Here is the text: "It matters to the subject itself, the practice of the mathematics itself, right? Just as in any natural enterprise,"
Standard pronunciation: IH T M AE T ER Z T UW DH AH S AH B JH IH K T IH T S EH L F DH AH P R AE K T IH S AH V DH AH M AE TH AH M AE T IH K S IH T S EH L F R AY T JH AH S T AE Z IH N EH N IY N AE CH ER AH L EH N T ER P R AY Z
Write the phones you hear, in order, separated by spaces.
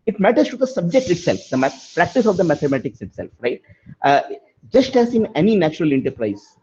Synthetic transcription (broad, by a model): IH T M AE T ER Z T UW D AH S AH B JH IH K T IH T S EH L F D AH P R AE K T IH S AH V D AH M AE T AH M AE T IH K S IH T S EH L F R AY T JH AH S T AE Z IH N EH N IY N AE CH ER AH L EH N T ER P R AY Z